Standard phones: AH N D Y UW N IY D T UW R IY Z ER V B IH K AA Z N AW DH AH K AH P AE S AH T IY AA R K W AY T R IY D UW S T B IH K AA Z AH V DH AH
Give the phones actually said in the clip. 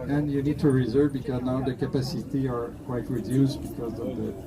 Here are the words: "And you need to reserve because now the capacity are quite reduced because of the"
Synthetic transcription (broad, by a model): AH N Y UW N IY D T UW R IY Z ER V B IH K AA Z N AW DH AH K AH P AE S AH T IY AA R K W AY T R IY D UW S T B IH K AA Z AH V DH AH